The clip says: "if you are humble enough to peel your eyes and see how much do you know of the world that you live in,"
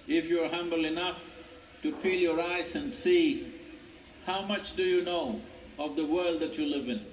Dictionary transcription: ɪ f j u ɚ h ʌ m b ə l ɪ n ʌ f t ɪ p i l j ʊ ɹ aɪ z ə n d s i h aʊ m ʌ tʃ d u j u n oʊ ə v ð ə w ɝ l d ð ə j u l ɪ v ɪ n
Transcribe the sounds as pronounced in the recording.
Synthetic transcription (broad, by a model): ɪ f j u ɚ h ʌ m b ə l ɪ n ʌ f t ɪ p i l j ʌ ɹ aɪ z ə n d s i h aʊ m ʌ tʃ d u j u n oʊ ə v ð ə w ɝ l d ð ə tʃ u l ɪ v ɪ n